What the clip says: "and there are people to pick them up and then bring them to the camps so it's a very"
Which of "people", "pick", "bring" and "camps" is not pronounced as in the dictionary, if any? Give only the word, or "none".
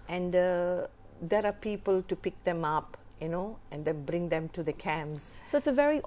camps